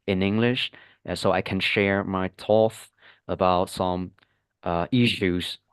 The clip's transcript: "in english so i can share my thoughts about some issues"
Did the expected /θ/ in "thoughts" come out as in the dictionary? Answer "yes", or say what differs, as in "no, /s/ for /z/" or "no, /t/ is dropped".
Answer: no, /t/ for /θ/